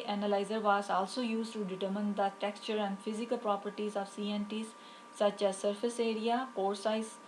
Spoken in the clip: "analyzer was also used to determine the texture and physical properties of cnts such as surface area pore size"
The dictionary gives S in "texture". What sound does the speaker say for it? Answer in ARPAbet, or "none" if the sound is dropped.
S